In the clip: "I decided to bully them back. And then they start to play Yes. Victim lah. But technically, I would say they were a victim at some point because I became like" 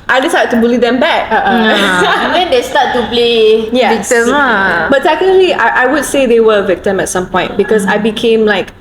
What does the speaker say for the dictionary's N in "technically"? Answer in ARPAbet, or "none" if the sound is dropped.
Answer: none